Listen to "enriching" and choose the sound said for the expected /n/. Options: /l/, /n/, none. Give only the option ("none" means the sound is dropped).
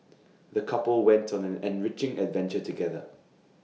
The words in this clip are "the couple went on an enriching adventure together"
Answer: /n/